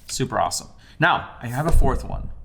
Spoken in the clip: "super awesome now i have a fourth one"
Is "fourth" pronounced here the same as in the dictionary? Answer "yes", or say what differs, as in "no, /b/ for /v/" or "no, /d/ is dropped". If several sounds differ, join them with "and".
yes